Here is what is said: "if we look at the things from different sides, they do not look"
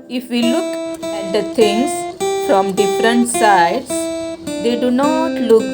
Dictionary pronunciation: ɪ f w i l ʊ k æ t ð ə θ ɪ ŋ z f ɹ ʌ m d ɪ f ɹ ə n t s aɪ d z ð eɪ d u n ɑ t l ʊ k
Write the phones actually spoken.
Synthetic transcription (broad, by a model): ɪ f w i l ʊ k æ t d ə t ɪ ŋ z f ɹ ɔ m d ɪ f ɹ ə n t s aɪ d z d eɪ d u n ɑ t l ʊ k